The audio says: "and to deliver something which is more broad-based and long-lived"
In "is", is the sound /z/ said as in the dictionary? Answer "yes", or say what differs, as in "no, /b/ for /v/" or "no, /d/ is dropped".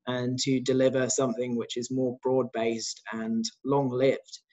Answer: yes